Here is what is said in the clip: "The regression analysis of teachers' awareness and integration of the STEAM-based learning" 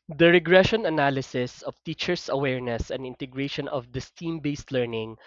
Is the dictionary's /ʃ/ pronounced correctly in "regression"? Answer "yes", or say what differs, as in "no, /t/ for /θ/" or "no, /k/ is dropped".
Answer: yes